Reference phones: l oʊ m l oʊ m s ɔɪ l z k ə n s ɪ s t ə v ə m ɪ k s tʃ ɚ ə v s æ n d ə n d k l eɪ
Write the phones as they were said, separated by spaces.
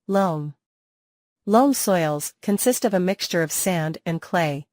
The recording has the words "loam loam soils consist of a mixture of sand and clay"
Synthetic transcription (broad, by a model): l oʊ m l oʊ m s ɔɪ l z k ə n s ɪ s t ə v ə m ɪ k s tʃ ɚ ə v s æ n d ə n k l eɪ